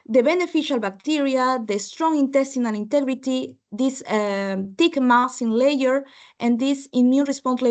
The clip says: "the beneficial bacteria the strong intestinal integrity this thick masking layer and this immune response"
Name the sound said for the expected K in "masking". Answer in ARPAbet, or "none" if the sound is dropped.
none